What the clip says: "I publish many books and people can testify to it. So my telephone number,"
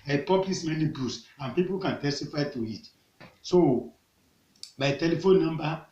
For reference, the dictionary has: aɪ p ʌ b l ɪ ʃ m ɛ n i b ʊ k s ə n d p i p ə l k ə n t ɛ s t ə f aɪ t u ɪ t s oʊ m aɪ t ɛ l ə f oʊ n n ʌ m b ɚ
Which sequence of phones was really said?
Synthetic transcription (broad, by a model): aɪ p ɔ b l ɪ s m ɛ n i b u s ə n p i p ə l k ə n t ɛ s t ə f aɪ t u ɪ t s oʊ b aɪ t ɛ l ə f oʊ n n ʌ m b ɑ